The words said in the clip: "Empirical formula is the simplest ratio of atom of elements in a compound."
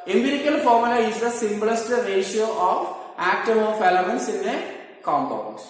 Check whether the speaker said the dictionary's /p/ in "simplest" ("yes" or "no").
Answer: no